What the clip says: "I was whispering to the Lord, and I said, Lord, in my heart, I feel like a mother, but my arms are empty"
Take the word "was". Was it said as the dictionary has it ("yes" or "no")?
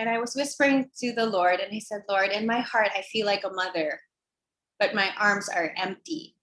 yes